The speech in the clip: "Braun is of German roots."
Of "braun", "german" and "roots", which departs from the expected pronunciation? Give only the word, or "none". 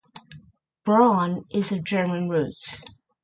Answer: roots